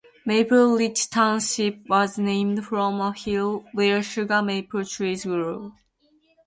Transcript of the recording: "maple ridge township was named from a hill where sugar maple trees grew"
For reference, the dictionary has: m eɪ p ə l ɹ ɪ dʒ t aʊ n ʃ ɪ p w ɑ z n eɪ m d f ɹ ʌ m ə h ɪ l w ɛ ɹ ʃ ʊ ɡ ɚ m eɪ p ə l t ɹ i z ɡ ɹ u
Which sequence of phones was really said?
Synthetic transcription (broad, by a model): m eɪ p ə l l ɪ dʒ t aʊ n ʃ ɪ p w ɑ z n eɪ m d f ɹ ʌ m ə h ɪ l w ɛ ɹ ʃ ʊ ɡ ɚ m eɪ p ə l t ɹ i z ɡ ɹ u